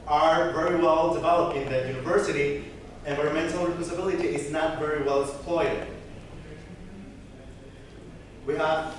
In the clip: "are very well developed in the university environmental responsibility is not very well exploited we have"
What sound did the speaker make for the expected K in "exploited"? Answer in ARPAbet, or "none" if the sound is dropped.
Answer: none